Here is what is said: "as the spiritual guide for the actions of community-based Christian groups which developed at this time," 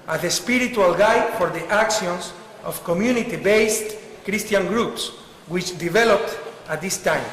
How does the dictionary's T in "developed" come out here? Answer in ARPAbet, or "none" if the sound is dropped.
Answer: T